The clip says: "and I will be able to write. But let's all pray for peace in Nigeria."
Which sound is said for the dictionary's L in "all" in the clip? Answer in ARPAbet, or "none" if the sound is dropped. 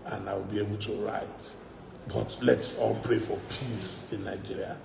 N